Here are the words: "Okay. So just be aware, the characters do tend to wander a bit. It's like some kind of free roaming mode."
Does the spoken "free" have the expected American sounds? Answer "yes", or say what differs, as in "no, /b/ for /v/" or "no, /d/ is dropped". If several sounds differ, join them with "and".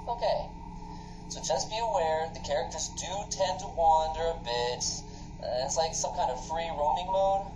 yes